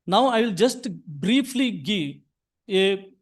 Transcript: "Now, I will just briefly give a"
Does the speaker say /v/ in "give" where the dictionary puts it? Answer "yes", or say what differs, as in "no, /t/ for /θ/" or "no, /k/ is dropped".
no, /v/ is dropped